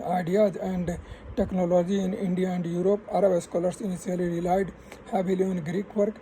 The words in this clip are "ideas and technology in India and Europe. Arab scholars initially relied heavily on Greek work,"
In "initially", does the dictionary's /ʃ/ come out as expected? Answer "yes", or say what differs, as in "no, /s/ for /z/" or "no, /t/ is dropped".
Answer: no, /s/ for /ʃ/